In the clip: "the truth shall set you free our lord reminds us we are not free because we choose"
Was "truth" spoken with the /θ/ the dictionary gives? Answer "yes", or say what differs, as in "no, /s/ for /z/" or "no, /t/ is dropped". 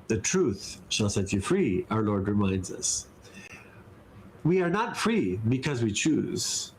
yes